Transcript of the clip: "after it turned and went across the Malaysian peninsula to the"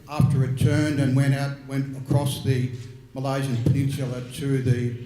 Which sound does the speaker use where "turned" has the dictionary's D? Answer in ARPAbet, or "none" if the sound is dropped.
D